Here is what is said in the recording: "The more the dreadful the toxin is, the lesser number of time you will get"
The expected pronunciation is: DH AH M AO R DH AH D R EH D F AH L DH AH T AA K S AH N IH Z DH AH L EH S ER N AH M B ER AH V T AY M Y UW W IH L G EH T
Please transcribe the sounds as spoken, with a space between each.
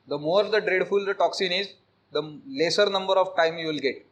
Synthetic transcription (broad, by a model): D AH M AO R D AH D R EH D F AH L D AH T AA K S AH N IH Z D AH L EH S ER N AH M B ER AH V T AY M Y UW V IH L G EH T